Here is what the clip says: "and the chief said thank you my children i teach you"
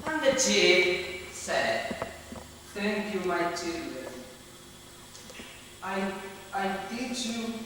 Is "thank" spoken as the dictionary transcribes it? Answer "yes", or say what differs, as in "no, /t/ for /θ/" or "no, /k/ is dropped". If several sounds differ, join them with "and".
no, /t/ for /θ/